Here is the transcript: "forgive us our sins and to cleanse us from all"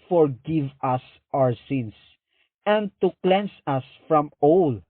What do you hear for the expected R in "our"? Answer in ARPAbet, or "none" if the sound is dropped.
R